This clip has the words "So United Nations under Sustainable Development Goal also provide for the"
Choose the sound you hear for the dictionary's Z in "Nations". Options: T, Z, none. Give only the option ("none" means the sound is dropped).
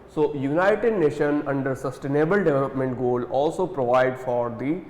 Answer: none